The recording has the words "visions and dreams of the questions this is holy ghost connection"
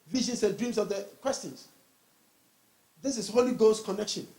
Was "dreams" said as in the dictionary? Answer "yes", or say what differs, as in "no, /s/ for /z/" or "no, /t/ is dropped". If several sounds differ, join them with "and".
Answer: no, /s/ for /z/